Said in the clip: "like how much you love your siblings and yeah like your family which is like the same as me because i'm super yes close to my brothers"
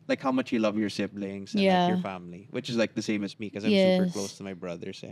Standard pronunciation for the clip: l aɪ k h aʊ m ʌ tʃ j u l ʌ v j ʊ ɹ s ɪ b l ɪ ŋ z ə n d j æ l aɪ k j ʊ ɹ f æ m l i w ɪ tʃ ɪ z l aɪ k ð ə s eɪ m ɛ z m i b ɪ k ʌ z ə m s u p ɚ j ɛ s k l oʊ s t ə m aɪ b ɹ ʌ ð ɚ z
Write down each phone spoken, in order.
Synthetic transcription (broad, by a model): l aɪ k h aʊ m ʌ tʃ j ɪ l ʌ v j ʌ ɹ s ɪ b l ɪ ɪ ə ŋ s j æ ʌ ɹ f æ m l i w ɪ tʃ ɪ z l aɪ k ð ə s eɪ m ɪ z m i k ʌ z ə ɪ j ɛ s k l oʊ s t ə m aɪ b ɹ ʌ ð ɚ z